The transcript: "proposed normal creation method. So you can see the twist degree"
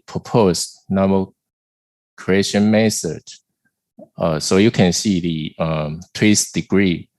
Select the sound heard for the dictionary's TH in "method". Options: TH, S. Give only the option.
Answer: S